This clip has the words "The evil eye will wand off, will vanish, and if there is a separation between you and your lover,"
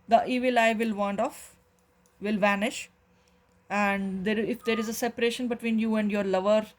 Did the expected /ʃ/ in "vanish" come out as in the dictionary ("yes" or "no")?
yes